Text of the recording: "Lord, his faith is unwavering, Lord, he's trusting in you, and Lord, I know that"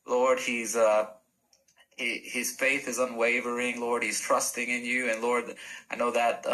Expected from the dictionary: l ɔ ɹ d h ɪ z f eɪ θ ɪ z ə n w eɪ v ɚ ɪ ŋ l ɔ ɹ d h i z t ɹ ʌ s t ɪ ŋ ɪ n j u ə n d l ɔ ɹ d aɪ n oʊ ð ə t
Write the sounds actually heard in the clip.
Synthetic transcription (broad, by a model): l ɔ ɹ d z ɪ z f eɪ θ ɪ z ə n w eɪ v ɚ ɪ ŋ l ɔ ɹ d h i z t ɹ ʌ s t ɪ ŋ ɪ n j u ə n l ɔ ɹ d aɪ n oʊ ð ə t